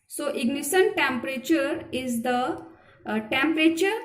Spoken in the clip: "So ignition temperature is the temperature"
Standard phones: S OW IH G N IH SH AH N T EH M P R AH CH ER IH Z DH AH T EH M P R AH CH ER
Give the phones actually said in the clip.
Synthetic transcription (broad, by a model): S OW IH G N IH S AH N T EH M P R AH CH ER IH Z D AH T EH M P R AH CH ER